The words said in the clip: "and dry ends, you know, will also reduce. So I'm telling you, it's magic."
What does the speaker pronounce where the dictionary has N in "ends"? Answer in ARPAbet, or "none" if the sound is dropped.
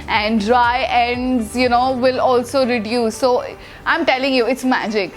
N